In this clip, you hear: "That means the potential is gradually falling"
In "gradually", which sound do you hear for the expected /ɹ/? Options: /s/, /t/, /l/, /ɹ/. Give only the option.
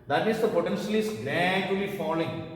/l/